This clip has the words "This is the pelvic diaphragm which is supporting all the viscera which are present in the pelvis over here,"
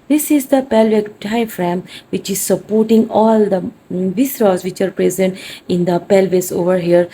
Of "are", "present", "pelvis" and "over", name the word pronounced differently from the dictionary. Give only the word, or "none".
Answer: none